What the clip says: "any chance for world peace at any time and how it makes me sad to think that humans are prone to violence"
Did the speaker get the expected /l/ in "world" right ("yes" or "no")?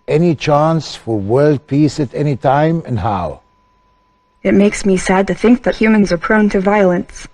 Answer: yes